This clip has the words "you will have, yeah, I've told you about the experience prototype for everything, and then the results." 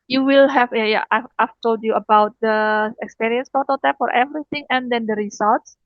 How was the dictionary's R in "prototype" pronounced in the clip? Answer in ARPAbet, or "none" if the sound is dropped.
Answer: none